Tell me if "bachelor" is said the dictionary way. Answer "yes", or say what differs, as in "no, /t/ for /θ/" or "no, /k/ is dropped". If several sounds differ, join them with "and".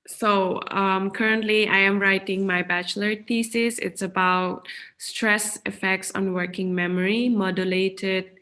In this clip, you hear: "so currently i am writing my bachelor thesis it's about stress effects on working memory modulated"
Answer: yes